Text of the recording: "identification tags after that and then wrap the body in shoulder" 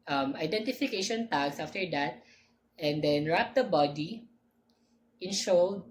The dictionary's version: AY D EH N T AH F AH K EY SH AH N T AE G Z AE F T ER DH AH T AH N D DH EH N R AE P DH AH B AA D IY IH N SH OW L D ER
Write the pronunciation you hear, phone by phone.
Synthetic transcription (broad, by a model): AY D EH N T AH F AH K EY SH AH N T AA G S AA F T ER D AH T AH N D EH N R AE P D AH B AA D IY IH N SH OW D